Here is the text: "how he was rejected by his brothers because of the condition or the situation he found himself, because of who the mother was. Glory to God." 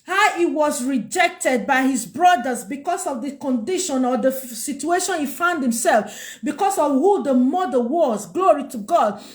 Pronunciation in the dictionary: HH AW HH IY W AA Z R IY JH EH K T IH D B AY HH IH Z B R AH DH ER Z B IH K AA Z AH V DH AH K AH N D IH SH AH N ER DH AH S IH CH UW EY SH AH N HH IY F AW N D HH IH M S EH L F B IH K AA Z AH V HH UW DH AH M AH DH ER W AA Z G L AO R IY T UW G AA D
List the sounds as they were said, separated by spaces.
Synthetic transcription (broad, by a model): HH AW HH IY W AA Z R IY JH EH K T IH D B AY HH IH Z B R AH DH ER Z B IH K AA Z AH V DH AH K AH N D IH SH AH N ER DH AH S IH CH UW EY SH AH N HH IY F AW N D HH IH M S EH L F B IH K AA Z AH V HH UW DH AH M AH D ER W AA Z G L AO R IY T UW G AA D